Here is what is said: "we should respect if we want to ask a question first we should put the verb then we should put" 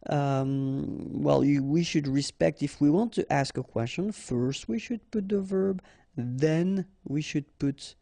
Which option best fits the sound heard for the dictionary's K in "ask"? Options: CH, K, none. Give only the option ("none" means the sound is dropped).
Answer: K